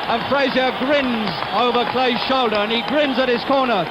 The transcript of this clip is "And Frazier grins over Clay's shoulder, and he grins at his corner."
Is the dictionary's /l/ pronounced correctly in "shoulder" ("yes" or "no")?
yes